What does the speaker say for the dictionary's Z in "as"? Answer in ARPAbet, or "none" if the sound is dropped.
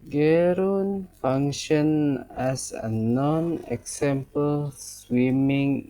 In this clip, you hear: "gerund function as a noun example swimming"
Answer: S